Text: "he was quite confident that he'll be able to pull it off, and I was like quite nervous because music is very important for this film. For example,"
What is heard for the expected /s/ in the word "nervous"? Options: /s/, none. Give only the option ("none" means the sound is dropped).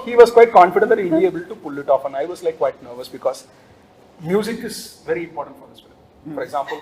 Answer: /s/